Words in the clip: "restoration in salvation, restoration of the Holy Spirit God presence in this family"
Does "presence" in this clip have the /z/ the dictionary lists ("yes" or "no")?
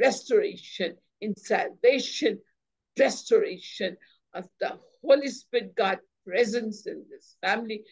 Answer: yes